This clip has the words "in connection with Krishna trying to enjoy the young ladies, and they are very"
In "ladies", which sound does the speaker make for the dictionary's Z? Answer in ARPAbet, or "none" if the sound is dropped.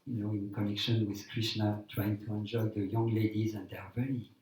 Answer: Z